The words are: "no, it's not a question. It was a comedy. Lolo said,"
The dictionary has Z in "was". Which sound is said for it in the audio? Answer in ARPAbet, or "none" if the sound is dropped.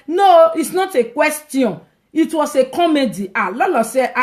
S